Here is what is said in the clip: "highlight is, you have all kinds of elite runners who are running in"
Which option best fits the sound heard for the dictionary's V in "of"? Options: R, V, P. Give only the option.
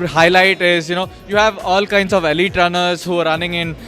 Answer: V